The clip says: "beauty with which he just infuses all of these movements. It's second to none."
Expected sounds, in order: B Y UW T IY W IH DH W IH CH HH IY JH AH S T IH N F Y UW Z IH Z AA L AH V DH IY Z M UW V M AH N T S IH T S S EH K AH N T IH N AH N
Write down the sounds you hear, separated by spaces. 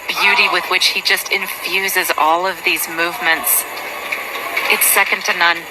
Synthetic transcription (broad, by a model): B Y UW T IY W IH DH W IH CH HH IY JH AH S T IH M F Y UW Z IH Z AA L AH V DH IY Z M UW V M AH N T S IH T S S EH K AH N T IH N AH N